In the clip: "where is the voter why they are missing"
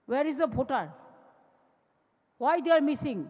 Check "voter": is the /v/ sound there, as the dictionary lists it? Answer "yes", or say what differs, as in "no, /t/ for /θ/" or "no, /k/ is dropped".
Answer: no, /p/ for /v/